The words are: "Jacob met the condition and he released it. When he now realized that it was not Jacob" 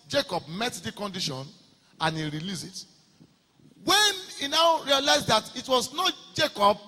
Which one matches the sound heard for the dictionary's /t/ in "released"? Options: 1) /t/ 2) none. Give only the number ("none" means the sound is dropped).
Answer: 2